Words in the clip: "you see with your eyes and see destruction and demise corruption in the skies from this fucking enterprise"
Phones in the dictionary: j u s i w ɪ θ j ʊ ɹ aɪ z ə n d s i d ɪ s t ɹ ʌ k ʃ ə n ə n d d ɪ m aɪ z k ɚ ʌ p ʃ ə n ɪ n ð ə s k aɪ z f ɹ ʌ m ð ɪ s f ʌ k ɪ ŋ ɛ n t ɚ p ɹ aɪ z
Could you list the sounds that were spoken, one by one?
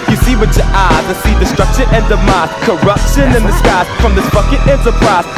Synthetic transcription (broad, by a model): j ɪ s i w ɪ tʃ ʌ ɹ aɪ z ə s i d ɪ s t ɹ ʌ k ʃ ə ə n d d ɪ m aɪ s k ɚ ʌ p ʃ ə n ɪ n ð ə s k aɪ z f ɹ ʌ m ð ɪ s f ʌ k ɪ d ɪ n t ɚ p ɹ aɪ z